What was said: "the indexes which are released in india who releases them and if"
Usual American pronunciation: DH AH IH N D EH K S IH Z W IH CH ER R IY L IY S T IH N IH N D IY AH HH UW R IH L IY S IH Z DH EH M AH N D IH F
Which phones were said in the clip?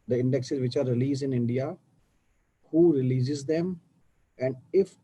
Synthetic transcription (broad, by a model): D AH IH N D EH K S IH Z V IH CH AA R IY L IY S IH N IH N D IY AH HH UW R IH L IY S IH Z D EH M AH N D IH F